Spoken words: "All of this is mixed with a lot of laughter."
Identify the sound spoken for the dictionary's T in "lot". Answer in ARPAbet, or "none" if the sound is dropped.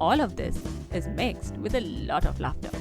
T